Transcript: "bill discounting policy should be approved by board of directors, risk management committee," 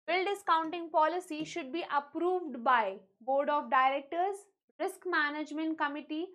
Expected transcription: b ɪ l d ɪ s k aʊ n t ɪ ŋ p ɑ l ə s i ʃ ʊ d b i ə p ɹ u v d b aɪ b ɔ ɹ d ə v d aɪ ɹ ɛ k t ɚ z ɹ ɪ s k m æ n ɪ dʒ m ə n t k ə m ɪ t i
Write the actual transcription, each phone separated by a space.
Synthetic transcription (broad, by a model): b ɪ l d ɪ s k aʊ n t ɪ ŋ p ɑ l ə s i ʃ ʊ d b i ə p ɹ u v d b aɪ b ɔ ɹ d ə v d aɪ ɹ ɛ k t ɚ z ɹ ɪ s k m æ n ɪ dʒ m ə n t k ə m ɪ t i